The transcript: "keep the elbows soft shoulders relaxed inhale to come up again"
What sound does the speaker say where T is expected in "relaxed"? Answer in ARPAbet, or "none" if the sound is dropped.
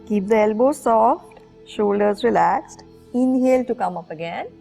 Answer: T